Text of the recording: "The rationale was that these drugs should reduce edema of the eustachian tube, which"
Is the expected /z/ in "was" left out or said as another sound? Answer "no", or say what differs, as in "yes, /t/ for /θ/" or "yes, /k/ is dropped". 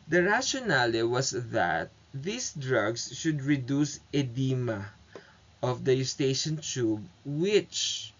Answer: yes, /s/ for /z/